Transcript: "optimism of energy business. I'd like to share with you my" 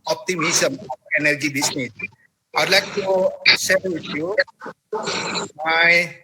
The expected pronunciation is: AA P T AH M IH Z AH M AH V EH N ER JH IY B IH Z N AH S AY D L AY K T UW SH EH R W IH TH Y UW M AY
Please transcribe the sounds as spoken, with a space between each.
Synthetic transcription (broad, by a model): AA P T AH M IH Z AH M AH EH N ER JH IY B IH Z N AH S AY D L AY K T UW S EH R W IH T Y UW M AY